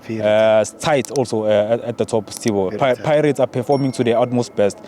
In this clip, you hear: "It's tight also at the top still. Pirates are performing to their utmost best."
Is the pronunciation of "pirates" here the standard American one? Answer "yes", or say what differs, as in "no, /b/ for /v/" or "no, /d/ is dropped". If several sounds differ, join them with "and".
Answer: yes